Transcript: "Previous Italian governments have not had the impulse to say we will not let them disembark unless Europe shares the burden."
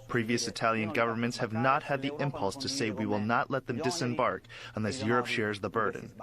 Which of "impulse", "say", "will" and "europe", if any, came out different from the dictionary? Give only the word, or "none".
none